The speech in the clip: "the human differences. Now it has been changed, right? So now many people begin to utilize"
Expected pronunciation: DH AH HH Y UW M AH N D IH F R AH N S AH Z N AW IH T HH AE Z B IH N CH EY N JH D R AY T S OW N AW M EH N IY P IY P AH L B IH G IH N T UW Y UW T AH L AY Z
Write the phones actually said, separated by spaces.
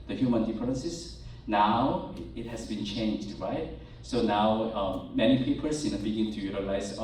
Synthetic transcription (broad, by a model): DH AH HH Y UW M AH N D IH P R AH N S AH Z N AW IH T HH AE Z B IH N CH EY N JH D R AY T S OW N AW M EH N IY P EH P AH N B IH G IH N T UW Y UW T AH L AY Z